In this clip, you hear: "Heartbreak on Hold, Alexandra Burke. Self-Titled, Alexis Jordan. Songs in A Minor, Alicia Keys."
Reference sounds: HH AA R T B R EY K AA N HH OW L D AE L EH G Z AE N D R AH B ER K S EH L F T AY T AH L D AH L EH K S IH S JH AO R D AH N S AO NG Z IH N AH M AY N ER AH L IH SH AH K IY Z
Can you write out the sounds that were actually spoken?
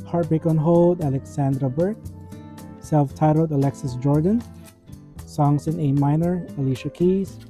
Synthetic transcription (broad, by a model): HH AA R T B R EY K AA N HH OW L D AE L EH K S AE N D R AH B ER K S EH L F T AY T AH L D AH L EH K S IH S JH AO R D AH N S AO NG S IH N AH M AY N ER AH L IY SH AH K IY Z